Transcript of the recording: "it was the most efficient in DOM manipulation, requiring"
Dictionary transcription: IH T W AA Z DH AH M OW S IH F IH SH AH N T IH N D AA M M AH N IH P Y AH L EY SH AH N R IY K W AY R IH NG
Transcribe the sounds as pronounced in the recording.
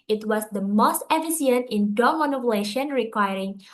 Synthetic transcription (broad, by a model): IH T W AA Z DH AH M OW S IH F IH S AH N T IH N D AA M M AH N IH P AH L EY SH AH N R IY K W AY R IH NG